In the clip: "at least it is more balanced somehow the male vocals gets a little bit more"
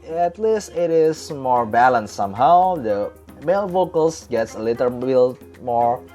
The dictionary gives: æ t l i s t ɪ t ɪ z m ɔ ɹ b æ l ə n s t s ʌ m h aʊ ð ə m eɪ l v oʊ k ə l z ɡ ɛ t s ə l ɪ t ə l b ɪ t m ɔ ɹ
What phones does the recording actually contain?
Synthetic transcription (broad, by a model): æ t l i s t ɪ t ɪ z m ɔ ɹ b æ l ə n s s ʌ m h aʊ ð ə m eɪ l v oʊ k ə l s ɡ ɛ t s ə l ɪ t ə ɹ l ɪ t m ɔ ɹ